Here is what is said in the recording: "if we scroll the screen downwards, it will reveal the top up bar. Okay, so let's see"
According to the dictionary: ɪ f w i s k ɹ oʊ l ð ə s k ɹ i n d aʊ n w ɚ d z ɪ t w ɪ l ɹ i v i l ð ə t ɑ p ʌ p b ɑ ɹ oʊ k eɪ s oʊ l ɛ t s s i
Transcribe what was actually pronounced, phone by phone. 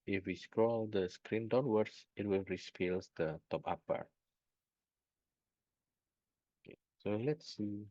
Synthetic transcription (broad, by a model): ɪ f w i s k ɹ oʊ l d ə s k ɹ i n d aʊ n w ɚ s ɪ t w ɪ l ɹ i f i l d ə t ɑ p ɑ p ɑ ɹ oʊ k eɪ s oʊ l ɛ t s s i